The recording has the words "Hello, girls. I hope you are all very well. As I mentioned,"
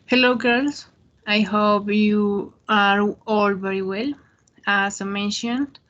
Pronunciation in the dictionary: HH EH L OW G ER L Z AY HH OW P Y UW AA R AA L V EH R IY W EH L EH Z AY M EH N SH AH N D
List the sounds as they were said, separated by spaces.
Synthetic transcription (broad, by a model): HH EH L OW G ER L S AY HH OW P Y UW AA R AA L V EH R IY W EH L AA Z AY M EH N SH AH N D